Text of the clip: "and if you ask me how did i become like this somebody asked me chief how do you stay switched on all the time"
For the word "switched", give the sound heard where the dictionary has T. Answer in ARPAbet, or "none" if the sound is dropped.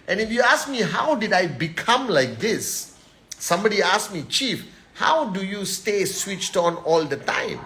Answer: T